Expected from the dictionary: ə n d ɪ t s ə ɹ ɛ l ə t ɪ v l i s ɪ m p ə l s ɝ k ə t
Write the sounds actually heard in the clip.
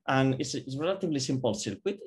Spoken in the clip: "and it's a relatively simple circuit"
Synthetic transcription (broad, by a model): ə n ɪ s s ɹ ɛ l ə t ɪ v l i s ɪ m p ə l s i k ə t